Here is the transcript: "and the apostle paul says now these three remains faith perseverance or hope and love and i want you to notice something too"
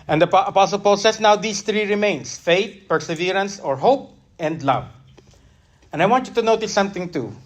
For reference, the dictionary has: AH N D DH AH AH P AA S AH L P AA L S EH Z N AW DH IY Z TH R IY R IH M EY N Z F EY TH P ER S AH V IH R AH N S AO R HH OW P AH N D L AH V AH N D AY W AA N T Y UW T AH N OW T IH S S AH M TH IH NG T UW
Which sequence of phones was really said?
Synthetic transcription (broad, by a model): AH N D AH AH P AA S AH L P AA L S EH S N AW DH IY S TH R IY R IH M EY N S F EY T P ER S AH V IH R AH N S AO R HH OW P AH N D L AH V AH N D AY W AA N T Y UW T AH N OW T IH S S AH M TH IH NG T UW